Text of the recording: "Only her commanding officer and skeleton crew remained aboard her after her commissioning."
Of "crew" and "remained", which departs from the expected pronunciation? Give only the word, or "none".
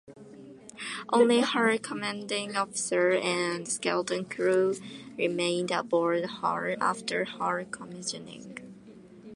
none